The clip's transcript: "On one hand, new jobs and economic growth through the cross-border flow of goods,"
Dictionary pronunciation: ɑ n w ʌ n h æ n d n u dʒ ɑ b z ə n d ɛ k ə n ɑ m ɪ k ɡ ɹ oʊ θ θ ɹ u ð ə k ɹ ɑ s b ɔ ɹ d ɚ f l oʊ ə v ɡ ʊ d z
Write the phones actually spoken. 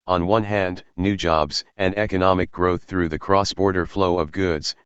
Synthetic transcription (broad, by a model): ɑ n w ʌ n h æ n d n u dʒ ɑ b z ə n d ɛ k ə n ɑ m ɪ k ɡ ɹ oʊ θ θ ɹ u ð ə k ɹ ɑ s b ɔ ɹ d ɚ f l oʊ ə v ɡ ʊ d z